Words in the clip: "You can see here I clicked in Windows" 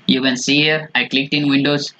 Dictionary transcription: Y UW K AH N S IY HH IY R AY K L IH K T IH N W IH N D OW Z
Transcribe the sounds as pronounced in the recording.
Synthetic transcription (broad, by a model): Y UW K AH N S IY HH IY R AY K L IH K T IH N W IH N D OW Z